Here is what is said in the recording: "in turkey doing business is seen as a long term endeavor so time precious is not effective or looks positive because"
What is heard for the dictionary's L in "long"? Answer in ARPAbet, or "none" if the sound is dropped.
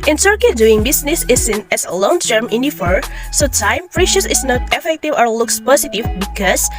L